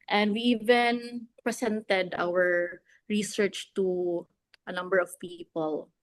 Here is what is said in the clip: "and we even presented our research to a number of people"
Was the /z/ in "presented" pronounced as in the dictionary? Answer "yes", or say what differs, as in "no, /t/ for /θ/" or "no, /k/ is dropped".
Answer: no, /s/ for /z/